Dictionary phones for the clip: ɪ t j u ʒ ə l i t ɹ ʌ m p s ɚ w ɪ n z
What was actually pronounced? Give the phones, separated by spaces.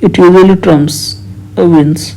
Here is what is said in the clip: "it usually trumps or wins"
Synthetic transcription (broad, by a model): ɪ t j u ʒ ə l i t ɹ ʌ m s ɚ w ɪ n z